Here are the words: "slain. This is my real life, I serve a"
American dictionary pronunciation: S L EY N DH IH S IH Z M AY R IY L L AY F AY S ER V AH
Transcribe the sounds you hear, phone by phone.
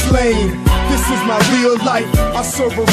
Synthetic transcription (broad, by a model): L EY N DH IH S IH Z M AY R IY L L AY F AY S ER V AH